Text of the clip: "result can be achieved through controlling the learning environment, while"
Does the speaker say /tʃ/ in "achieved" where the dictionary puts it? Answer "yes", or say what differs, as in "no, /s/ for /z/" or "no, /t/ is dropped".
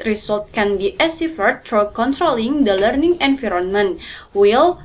no, /s/ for /tʃ/